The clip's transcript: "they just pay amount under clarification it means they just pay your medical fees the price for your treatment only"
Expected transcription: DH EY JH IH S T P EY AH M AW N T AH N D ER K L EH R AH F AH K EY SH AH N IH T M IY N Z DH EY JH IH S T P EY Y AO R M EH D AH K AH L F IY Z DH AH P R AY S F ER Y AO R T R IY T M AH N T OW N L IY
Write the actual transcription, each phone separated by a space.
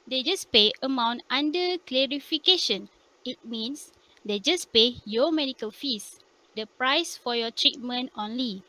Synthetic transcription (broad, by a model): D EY JH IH S P EY AH M AW N T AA N D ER K L EH R AH F AH K EY SH AH N IH T M IY N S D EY JH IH S P EY Y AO M EH D AH K AH L F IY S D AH P R AY S F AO Y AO T R IY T M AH N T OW N L IY